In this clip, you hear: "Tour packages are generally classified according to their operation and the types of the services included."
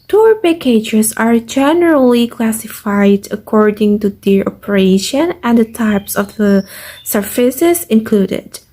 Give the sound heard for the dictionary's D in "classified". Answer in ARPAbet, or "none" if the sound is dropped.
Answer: D